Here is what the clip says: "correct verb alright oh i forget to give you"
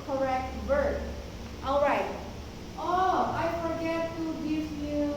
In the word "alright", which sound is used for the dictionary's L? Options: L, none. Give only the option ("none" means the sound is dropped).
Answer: L